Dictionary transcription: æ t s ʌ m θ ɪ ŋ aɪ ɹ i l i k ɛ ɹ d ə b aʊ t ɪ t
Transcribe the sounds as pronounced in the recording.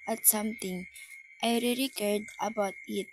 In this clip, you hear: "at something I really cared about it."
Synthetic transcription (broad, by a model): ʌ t s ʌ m t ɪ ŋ aɪ ɹ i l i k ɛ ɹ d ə b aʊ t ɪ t